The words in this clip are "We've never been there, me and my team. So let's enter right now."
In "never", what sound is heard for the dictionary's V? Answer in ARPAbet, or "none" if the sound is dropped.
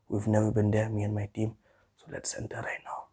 W